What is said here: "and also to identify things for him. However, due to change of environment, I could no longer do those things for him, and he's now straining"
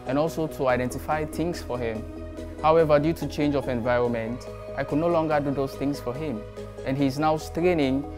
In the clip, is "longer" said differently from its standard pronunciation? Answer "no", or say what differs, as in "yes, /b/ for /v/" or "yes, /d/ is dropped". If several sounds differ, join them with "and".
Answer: no